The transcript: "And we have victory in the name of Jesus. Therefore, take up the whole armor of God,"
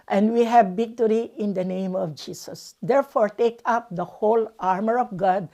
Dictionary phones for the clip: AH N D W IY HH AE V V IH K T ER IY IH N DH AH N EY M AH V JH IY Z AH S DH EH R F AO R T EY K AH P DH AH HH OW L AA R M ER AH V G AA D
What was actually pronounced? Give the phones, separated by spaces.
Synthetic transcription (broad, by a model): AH N D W IY HH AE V B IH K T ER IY IH N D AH N EY M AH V JH IY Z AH S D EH R F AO R T EY K AH P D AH HH OW L AA R M ER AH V G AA D